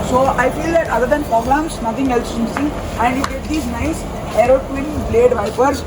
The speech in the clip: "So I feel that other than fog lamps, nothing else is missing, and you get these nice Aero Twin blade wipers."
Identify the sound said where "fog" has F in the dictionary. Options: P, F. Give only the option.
P